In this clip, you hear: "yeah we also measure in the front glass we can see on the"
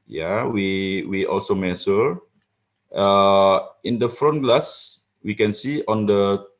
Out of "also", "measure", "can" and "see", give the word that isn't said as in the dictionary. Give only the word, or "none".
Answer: measure